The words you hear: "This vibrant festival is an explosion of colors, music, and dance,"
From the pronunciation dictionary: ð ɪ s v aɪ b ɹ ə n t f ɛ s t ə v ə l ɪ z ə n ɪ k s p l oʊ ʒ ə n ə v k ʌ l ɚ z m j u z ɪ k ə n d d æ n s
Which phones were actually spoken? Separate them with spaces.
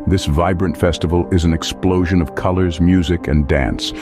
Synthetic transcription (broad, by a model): ð ɪ s v aɪ b ɹ ə n t f ɛ s t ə v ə l ɪ z n ɪ k s p l oʊ ʒ ə n ə v k ʌ l ɚ z m j u z ɪ k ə n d d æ n s